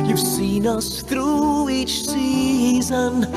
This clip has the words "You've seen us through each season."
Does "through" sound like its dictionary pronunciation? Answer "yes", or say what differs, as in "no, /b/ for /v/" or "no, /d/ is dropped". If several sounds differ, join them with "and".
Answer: yes